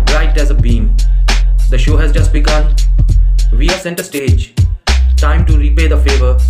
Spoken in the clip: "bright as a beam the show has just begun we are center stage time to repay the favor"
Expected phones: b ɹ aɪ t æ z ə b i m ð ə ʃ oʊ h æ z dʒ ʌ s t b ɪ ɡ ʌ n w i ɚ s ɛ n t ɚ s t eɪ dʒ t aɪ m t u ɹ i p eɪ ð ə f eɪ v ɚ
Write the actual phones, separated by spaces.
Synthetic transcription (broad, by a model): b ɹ aɪ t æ z ə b i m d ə ʃ oʊ h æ z dʒ ʌ s t b ɪ ɡ ʌ n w i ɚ s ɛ n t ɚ s t eɪ dʒ t aɪ m t u ɹ i p eɪ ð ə f eɪ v ɚ